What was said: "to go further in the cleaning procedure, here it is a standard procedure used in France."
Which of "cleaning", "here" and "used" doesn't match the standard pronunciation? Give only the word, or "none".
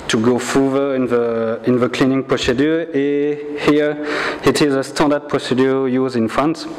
used